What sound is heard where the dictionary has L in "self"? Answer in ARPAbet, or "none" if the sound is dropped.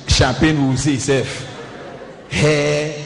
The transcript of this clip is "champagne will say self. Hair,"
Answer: none